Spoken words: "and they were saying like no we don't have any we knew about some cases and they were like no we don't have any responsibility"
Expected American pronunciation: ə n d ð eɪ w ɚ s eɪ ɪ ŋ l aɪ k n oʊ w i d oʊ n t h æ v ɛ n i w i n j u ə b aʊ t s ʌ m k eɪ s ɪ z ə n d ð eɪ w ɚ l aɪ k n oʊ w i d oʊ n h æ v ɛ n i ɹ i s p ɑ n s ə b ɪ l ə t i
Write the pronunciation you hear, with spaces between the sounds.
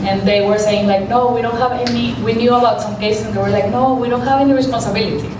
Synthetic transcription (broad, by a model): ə n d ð eɪ w ɚ s eɪ ɪ ŋ l aɪ k n oʊ w i d oʊ n t h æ v ɛ n i w i n j u ə b aʊ t s ʌ m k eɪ ɪ s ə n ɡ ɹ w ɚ l aɪ k n oʊ w i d oʊ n h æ v ɛ n i ɹ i s p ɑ n s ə b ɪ l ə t i